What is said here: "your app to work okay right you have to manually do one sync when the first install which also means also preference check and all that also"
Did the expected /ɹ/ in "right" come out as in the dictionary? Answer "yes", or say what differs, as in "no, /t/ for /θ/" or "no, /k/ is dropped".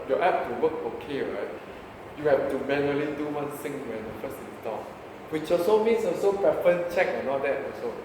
yes